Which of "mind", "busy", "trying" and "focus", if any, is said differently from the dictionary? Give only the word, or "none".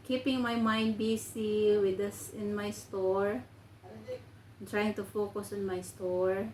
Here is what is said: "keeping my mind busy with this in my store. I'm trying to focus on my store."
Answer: busy